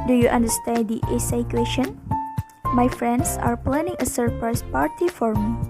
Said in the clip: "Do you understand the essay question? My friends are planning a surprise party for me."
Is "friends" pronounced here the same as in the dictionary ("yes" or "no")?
no